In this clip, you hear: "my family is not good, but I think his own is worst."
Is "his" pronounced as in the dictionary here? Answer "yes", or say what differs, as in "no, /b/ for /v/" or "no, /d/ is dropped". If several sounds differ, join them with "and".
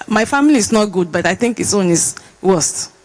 no, /s/ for /z/